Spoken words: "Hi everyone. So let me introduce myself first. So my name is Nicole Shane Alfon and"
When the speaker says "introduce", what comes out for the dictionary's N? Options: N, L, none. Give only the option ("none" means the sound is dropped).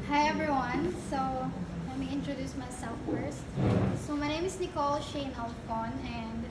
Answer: N